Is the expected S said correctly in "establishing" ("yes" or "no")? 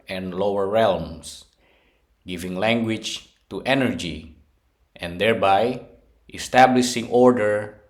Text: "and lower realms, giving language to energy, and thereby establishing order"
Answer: yes